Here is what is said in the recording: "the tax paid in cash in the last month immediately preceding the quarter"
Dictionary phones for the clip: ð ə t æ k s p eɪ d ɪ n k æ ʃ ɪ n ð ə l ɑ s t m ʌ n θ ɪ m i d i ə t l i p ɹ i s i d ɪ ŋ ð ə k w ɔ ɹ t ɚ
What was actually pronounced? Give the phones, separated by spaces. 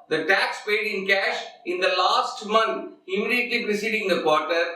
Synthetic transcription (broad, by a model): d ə t æ k s p eɪ d ɪ n k æ ʃ ɪ n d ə l ɑ s t m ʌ n t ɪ m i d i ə t l i p ɹ i s i d ɪ ŋ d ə k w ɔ ɹ t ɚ